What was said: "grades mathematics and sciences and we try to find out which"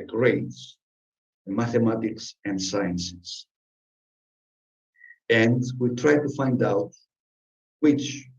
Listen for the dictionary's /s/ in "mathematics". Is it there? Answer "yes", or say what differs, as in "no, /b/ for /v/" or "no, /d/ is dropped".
yes